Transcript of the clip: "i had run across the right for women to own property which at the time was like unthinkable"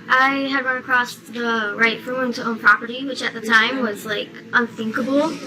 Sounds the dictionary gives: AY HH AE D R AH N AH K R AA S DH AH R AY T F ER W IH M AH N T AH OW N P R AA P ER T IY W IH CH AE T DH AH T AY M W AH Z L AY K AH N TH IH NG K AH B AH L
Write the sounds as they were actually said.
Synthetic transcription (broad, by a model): AY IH D R AH N AH K R AA S DH AH R AY T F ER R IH AH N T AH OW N P R AA P ER T IY W IH CH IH T DH AH T AY M W AH Z L AY K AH N TH IH NG K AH B L